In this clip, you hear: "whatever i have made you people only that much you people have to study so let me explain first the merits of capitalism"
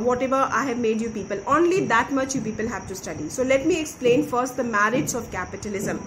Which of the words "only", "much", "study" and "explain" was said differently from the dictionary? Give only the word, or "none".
none